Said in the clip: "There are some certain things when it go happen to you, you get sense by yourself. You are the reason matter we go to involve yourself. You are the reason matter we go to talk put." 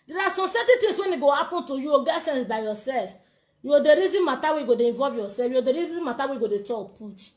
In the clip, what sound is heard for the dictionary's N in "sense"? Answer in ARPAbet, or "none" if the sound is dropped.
N